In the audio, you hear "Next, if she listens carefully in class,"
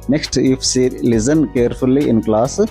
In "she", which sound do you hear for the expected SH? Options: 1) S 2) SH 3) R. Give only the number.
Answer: 1